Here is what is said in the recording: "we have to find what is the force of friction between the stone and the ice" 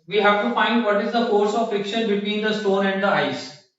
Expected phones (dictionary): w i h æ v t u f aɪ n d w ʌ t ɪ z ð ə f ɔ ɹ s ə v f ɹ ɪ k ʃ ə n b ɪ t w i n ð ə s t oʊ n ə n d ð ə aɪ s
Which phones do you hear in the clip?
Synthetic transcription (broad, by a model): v i h æ v t u f aɪ n d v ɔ t ɪ z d ə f ɔ ɹ s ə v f ɪ k ʃ ə n b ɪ t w i n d ə s t oʊ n ə n d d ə aɪ s